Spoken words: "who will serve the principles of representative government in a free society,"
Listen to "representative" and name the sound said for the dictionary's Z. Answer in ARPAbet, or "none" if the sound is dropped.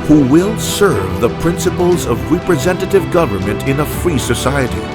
Z